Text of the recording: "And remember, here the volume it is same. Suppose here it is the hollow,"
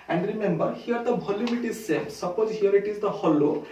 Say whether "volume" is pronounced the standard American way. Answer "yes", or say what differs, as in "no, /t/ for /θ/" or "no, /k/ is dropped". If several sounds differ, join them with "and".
no, /b/ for /v/ and /m/ is dropped